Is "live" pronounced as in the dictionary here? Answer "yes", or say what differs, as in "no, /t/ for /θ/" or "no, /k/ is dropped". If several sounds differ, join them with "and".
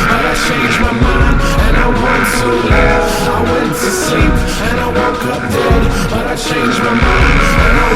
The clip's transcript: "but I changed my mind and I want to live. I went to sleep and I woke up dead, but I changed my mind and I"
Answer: no, /v/ is dropped